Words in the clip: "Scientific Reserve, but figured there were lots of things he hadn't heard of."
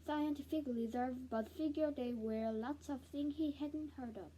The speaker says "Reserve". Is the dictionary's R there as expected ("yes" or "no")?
no